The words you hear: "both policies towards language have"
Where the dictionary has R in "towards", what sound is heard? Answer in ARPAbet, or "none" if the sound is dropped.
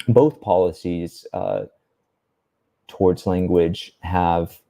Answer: R